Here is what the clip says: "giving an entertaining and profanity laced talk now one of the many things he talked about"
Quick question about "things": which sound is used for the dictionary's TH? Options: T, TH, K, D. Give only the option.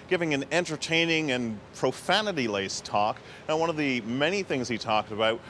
TH